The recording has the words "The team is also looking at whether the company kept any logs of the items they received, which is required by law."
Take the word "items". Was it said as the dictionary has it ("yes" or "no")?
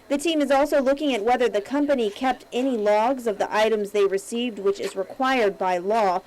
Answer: yes